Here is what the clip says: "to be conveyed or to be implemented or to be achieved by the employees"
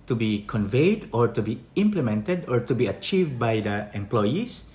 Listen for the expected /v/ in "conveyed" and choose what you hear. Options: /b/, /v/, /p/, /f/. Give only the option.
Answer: /v/